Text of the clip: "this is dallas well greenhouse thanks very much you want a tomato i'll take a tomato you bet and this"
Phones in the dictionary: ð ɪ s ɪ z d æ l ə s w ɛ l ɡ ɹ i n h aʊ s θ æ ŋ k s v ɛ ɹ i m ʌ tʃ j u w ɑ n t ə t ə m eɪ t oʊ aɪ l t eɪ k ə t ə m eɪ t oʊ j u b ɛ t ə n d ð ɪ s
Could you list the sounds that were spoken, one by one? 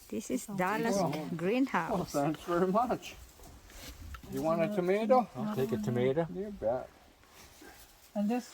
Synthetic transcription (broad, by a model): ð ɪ s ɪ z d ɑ l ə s ɡ ɹ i n h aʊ θ æ ŋ k s v ɛ ɹ i m ʌ tʃ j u w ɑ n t ə t ə m eɪ t oʊ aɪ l t eɪ k ə t ə m eɪ t oʊ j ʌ b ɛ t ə n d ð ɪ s